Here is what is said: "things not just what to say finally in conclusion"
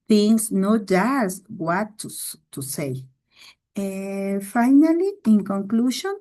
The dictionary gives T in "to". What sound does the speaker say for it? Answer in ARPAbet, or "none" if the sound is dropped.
S